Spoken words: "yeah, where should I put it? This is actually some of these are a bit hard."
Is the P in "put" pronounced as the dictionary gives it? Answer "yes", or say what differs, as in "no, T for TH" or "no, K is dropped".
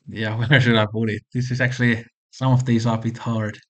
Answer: no, B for P